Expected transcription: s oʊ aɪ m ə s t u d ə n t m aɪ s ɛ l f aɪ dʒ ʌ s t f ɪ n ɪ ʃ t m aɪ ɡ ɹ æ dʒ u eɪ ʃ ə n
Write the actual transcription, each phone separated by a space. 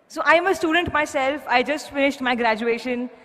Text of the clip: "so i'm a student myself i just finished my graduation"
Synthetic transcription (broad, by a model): s oʊ aɪ m ə s t u d ə n t m aɪ s ɛ l f aɪ dʒ ʌ s t f ɪ n ɪ ʃ t m aɪ ɡ ɹ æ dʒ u eɪ ʃ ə n